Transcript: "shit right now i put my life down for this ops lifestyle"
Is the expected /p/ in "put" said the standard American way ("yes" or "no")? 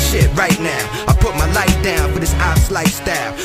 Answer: yes